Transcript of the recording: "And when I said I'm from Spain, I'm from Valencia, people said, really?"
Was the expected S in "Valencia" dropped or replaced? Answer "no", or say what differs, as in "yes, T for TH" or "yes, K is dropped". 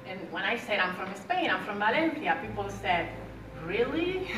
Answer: yes, TH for S